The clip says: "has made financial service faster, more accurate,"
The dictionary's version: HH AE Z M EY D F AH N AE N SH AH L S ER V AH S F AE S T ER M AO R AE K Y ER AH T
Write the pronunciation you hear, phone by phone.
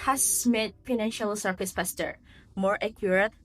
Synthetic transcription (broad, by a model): HH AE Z M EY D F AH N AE N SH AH L S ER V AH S P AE S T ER M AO R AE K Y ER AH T